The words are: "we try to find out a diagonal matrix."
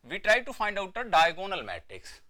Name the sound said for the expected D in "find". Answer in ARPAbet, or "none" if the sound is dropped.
D